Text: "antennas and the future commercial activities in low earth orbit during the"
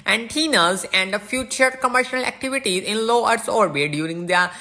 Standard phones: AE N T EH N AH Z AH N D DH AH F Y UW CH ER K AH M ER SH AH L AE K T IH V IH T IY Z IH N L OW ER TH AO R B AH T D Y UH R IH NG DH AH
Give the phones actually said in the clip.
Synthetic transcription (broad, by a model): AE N T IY N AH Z AH N D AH F Y UW CH ER K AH M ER SH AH L AE K T IH V IH T IY Z IH N L OW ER S AO R B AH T D Y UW R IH NG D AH